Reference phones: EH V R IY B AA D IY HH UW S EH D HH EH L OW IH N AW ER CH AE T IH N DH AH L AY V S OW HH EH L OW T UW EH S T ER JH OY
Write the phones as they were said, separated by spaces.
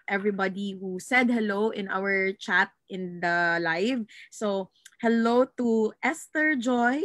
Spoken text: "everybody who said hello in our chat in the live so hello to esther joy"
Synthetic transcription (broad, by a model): EH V R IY B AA D IY HH UW S EH D HH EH L OW IH N AW ER CH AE T IH N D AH L AY V S OW HH EH L OW T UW EH S T ER JH OY